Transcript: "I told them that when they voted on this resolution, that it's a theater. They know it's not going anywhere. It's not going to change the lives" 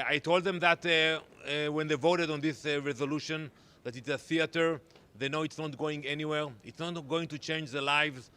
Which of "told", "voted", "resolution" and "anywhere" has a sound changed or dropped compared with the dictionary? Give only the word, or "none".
none